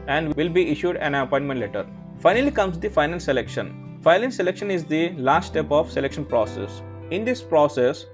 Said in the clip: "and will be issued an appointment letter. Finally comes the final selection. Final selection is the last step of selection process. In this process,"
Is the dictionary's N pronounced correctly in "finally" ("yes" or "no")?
yes